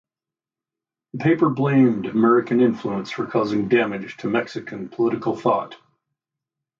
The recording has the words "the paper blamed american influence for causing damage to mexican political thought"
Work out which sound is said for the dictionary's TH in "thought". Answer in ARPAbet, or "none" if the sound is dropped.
TH